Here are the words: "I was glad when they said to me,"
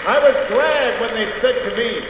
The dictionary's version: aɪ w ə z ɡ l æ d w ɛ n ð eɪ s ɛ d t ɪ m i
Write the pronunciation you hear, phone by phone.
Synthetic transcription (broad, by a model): aɪ w ə z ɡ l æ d w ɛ n ð eɪ s ɛ d t ɪ m i